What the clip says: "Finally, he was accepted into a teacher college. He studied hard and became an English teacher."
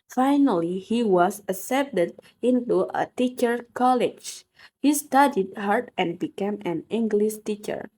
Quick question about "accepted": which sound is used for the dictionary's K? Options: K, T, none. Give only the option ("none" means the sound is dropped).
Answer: none